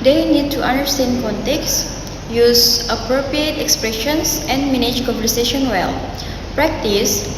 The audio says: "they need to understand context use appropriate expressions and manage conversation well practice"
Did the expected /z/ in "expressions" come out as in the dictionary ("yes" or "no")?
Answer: no